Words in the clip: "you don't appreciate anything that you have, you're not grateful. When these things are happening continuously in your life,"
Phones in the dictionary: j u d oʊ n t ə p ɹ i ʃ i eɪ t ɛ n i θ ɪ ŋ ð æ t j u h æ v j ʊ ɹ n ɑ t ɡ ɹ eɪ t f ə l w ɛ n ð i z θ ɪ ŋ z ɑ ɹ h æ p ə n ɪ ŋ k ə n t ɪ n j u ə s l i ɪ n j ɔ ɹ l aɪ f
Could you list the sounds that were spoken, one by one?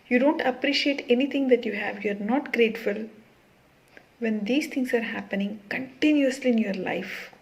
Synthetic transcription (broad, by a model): j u d oʊ n t ə p ɹ i ʃ i eɪ t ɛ n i t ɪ ŋ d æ t j u h æ v j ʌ ɹ n ɑ t ɡ ɹ eɪ t f ə l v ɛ n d i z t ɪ ŋ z ɑ ɹ h æ p ə n ɪ ŋ k ə n t ɪ n j u ə s l i ɪ n j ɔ ɹ l aɪ f